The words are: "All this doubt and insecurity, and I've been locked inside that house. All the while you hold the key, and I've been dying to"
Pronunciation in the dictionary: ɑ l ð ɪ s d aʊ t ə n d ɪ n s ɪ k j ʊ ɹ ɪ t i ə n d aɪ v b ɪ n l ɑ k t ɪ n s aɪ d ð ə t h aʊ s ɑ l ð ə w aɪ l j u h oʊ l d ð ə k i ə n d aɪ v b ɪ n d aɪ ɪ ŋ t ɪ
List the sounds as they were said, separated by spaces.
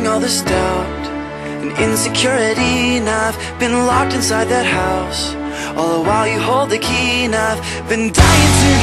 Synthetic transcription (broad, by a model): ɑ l ð ɪ s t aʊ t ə n ɪ n s ɪ k j ʊ ɹ ɪ t i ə n aɪ v b ɪ n l ɑ k t ɪ n s aɪ d ð ə t h aʊ s ɑ l ð ə w aɪ l j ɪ h oʊ l d ð ə k i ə n aɪ v b ɪ n d aɪ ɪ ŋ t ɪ